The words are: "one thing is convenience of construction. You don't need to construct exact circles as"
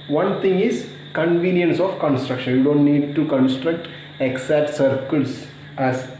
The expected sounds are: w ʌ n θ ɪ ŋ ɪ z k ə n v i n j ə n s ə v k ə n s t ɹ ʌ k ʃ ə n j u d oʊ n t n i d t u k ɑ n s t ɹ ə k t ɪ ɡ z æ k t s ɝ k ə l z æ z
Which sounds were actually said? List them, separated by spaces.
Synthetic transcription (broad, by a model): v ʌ n t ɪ ŋ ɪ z k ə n v i n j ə n s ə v k ə n s t ɹ ʌ k ʃ ə n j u d oʊ n t n i d t u k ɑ n s t ɹ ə k t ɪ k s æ t s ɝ k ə l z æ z